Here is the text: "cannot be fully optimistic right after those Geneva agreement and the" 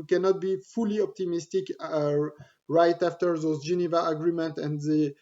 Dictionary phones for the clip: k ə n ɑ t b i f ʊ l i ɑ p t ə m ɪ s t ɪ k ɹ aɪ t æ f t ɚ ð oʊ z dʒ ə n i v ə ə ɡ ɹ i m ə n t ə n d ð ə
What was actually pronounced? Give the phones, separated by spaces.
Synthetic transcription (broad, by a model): k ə n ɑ t b i f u l i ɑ p t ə m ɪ s t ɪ k ɹ aɪ t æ f t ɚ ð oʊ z dʒ ə n i v ə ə ɡ ɹ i m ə n t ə n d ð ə